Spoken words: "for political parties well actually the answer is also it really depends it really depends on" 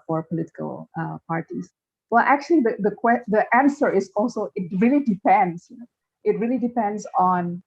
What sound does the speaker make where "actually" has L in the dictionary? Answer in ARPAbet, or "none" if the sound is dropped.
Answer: W